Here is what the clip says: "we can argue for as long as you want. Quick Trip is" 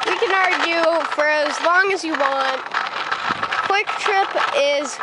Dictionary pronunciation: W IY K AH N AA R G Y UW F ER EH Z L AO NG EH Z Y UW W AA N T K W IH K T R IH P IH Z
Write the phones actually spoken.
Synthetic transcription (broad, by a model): W IY K AH N AA R G Y UW F ER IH Z L AO NG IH Z Y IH W AA N T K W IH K T R IH P IH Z